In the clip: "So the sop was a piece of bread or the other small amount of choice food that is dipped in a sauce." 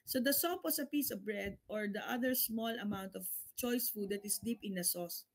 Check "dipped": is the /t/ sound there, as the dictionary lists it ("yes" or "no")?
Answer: no